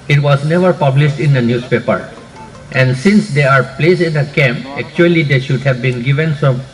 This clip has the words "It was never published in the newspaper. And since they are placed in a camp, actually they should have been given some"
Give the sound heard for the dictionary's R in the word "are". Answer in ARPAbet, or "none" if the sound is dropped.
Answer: R